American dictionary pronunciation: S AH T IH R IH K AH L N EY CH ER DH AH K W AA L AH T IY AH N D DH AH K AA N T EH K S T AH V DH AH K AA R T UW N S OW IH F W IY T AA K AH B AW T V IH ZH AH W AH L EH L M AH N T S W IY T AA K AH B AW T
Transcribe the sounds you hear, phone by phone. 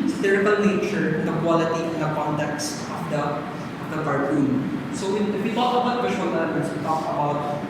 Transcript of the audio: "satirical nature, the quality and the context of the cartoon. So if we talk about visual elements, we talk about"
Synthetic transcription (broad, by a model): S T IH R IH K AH L N EY CH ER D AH K W AA L AH T IY AH N D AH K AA N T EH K S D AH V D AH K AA R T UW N S OW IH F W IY T AA K AH B AW T W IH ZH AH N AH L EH M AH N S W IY T AA K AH B AW T